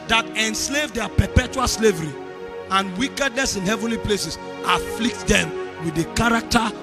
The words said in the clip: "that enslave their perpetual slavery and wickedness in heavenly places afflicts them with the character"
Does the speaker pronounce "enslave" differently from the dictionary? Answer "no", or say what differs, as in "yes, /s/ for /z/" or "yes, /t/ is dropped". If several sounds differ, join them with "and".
no